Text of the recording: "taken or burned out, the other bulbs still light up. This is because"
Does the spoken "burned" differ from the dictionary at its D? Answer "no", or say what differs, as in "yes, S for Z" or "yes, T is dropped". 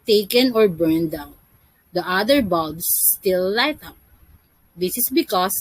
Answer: no